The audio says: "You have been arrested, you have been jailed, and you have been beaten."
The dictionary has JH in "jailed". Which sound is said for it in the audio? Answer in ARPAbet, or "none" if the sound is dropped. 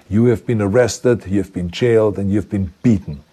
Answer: CH